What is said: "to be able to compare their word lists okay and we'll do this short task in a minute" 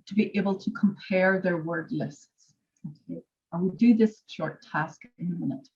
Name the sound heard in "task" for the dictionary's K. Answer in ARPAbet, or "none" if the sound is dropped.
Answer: K